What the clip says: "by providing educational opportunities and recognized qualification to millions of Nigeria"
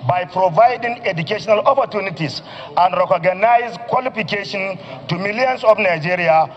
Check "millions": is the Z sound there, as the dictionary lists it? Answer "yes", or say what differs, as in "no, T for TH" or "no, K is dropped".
no, S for Z